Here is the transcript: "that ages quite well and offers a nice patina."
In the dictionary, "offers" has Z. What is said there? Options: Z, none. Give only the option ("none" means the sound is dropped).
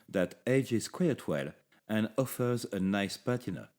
Z